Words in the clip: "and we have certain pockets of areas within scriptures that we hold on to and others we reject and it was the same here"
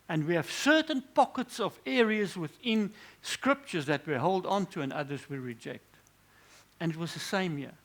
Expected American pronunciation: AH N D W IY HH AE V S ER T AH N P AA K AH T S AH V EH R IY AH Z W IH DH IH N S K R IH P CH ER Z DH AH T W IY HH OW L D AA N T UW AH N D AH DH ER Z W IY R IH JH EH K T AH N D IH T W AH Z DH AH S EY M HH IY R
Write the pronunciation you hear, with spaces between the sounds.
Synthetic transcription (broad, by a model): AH N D W IY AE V S ER T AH N P AA K AH T S AH V EH R IY AH Z W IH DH IH N S K R IH P CH ER Z DH AH T W IY HH OW L D AA N T UW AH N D AH DH ER Z W IY R IH JH EH K T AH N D IH T W AH Z DH AH S EY M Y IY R